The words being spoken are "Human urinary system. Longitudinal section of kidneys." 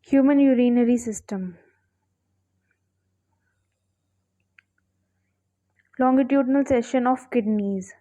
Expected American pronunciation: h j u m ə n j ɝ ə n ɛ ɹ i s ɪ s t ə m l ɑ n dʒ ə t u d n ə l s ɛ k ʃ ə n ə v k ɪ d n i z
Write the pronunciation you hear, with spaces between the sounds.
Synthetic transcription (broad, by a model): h j u m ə n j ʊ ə n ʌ ɹ i s ɪ s t ə m l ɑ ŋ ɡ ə t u d n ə l s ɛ ʃ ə n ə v k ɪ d n i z